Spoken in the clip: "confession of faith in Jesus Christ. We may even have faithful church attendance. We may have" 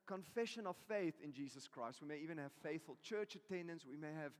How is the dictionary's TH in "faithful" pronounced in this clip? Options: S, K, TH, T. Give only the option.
TH